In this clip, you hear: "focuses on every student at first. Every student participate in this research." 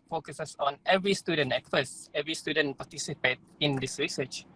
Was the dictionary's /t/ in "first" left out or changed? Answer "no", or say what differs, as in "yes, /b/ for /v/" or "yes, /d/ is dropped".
yes, /t/ is dropped